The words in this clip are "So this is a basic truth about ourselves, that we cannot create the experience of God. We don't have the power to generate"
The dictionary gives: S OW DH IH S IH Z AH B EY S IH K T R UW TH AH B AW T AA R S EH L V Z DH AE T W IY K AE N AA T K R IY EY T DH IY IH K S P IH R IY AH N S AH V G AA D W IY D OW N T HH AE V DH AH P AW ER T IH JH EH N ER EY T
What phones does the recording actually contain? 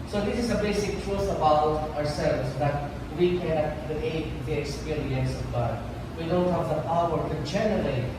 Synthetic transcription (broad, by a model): S OW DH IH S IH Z AH B EY S IH K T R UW S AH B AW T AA R S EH L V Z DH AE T W IY K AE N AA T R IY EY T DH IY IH K S P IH R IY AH N S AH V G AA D W IY D OW N T HH AE V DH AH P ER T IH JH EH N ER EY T